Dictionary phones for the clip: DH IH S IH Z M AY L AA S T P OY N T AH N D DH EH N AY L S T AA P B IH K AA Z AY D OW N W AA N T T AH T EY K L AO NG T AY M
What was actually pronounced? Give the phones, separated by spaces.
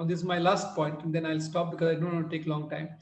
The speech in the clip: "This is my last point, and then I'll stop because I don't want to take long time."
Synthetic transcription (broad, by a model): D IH S IH Z M AY L AA S T P OY N T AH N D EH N AY L S T AA P B IH K AA Z AY D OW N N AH T EY K L AO NG T AY M